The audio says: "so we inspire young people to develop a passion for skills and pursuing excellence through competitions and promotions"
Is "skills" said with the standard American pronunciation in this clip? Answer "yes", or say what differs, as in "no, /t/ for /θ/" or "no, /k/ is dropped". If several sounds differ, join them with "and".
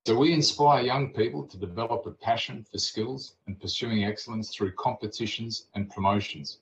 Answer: yes